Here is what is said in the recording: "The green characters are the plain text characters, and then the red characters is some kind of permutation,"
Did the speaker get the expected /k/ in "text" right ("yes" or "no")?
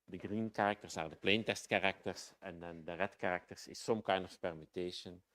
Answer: no